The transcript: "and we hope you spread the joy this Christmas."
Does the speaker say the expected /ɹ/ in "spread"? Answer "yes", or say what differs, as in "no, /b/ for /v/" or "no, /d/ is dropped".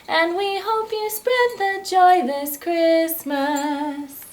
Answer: yes